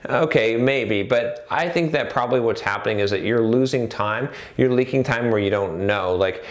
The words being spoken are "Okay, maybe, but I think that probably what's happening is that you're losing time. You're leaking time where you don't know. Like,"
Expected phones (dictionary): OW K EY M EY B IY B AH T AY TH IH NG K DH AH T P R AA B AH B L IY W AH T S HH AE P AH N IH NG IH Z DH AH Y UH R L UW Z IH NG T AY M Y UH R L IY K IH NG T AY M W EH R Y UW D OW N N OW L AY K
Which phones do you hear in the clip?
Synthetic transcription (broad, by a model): OW K EY M EY B IY B AH T AY TH IH NG K DH AH T P R AA B AH B L IY W AH T S HH AE P AH N IH NG IH Z DH AH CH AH R L UW Z IH NG T AY M Y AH R L IY K IH NG T AY M W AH R Y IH D OW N N OW L AY K